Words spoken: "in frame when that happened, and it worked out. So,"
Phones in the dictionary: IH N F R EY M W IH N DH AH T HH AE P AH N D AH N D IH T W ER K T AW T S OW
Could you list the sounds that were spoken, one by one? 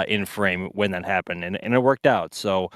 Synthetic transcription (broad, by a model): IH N F R EY M W IH N DH AH T HH AE P AH N D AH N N IH T W ER K T AW T S OW